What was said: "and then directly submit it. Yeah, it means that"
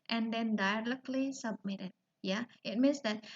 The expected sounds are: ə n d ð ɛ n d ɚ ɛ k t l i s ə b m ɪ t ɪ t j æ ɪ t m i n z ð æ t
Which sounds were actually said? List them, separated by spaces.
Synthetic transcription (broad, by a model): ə n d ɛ n d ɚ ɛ k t l i s ə b m ɪ t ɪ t j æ ɪ t m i n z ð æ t